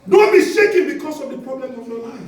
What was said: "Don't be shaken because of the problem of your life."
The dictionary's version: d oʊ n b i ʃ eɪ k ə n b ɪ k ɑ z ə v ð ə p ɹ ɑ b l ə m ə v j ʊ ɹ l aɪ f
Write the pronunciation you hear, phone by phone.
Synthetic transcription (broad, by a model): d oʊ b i s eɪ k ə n b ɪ k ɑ s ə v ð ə p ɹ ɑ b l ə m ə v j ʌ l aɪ